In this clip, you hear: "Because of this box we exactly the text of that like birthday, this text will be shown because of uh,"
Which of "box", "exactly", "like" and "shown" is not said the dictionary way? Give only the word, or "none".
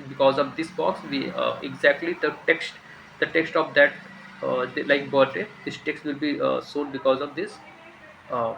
shown